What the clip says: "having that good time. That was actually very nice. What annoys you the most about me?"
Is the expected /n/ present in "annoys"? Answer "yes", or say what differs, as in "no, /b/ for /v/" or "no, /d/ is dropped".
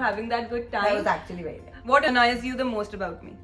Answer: no, /n/ is dropped